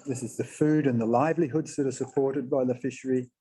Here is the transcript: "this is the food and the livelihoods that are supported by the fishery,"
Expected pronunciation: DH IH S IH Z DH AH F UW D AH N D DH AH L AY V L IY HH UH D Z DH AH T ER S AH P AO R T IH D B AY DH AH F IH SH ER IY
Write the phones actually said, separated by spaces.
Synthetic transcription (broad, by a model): DH IH S IH Z DH AH F UW D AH N DH AH L AY V L IY HH UH D Z DH AH T ER S AH P AO R T IH D B AY DH AH F IH SH ER IY